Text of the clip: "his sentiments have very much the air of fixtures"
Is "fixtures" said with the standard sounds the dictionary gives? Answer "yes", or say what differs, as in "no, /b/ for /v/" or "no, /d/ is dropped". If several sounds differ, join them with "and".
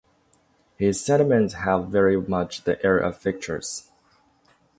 no, /s/ is dropped